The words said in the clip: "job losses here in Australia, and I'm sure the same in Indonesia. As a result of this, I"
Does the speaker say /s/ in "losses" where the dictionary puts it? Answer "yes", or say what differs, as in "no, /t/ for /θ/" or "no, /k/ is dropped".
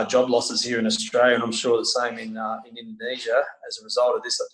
yes